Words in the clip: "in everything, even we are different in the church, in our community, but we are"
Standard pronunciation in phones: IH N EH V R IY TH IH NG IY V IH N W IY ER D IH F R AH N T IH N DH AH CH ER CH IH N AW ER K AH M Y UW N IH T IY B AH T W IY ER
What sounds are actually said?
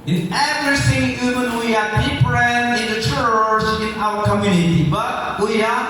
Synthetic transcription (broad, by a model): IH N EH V R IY S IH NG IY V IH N W IY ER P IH P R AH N IH N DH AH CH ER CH IH N AW ER K AH M Y UW N IH T IY B AH T W IY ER